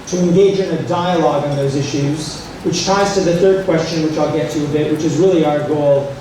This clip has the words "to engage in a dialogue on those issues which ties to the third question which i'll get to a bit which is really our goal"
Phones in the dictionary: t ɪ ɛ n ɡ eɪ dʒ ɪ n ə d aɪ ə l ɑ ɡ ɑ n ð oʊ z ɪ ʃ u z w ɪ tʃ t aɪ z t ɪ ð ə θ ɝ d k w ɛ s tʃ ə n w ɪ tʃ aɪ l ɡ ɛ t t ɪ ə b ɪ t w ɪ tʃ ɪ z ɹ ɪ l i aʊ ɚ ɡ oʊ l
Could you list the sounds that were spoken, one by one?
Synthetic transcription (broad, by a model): t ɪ ɛ n ɡ eɪ dʒ ɪ n ə d aɪ ə l ɑ ɡ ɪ n ð oʊ z ɪ ʃ u z w ɪ tʃ t aɪ z t ɪ ð ə θ ɝ d k w ɛ s tʃ ə n w ɪ tʃ aɪ l ɡ ɛ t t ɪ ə b ɪ t w ɪ tʃ ɪ z ɹ ɪ l i aʊ ɚ ɡ oʊ l